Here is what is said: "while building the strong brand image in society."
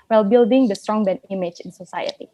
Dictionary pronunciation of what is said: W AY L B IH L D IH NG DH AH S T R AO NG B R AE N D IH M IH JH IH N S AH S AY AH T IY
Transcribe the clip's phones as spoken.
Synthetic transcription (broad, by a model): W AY L B IH L D IH NG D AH S T R AO NG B EH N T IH M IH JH IH N S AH S AY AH T IY